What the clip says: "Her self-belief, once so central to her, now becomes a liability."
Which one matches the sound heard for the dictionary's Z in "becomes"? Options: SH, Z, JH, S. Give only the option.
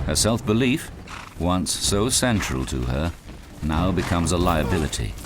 Z